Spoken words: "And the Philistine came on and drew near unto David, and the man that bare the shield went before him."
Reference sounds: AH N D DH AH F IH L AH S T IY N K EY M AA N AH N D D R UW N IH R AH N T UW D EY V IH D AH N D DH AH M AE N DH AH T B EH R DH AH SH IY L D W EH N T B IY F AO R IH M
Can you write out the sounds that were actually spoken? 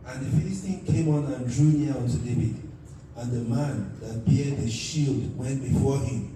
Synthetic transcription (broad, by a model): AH N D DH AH F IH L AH S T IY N K EY M AA N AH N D D R UW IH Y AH N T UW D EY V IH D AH N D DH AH M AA N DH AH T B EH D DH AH SH IY L D W EH N T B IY F AO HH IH M